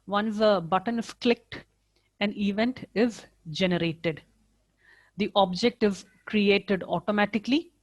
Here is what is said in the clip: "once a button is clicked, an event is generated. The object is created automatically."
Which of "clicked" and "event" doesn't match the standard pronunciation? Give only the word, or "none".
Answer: none